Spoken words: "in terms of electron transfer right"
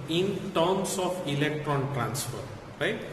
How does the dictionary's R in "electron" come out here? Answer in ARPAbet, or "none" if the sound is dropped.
R